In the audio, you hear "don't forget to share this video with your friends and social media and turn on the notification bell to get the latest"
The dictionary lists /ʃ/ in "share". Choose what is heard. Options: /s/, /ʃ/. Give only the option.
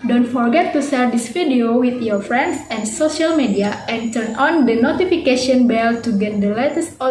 /s/